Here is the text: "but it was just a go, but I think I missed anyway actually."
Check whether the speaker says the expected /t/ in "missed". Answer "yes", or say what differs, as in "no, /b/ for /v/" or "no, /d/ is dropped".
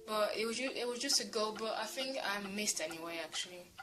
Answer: yes